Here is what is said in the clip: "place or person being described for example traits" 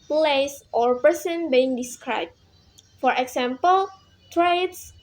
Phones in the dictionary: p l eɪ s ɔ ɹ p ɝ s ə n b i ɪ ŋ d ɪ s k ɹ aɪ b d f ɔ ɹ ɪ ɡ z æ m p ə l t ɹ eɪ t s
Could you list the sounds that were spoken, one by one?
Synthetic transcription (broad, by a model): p l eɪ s ɔ ɹ p ɝ s ə n b i ɪ ŋ d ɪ s k ɹ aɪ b f ɔ ɹ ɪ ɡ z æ m p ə l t ɹ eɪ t s